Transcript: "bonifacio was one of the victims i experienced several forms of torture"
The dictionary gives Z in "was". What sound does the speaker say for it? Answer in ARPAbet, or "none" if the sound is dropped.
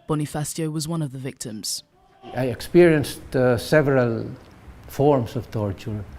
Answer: Z